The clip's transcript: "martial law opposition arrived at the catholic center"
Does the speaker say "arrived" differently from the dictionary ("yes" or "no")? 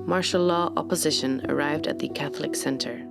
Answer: no